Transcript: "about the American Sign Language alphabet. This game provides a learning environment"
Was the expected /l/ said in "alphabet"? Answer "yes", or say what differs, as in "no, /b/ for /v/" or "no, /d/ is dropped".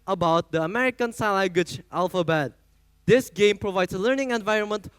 yes